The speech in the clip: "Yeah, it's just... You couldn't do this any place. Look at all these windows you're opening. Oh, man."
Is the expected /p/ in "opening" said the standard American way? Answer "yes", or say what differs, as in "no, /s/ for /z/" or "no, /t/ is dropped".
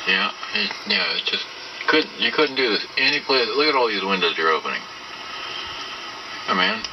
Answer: yes